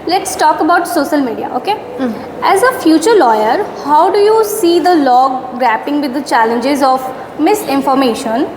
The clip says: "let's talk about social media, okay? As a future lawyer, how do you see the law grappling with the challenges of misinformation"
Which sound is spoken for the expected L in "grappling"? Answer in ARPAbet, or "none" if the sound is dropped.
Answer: none